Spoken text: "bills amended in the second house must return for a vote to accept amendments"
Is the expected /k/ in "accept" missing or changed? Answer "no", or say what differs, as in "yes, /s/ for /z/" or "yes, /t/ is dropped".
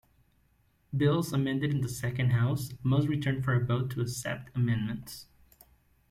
yes, /k/ is dropped